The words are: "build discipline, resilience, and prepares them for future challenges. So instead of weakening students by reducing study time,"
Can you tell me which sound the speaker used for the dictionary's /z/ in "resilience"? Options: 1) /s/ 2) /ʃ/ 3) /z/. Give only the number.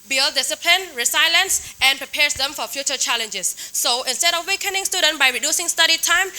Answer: 1